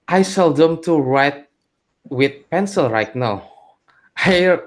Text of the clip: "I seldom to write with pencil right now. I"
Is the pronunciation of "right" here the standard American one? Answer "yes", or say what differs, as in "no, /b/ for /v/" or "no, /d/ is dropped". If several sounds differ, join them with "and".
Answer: yes